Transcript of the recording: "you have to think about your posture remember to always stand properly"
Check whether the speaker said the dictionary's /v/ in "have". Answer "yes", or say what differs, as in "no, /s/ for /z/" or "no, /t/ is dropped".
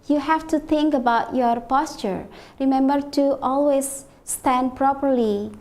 no, /f/ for /v/